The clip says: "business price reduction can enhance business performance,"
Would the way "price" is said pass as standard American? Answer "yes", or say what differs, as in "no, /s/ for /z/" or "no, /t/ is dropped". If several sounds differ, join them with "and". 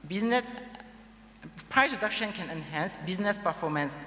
yes